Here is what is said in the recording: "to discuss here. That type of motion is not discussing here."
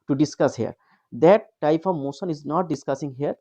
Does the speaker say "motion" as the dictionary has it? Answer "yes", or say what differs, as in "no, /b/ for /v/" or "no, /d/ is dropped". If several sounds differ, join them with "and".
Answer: no, /s/ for /ʃ/